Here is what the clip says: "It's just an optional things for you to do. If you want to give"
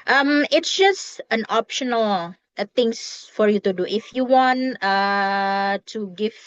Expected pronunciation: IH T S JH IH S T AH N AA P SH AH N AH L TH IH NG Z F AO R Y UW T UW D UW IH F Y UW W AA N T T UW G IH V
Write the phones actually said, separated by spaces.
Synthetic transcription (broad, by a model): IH T S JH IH S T AH N AA P SH AH N AH L T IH NG S F AO R Y UW T UW D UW IH F Y UW W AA N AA T UW G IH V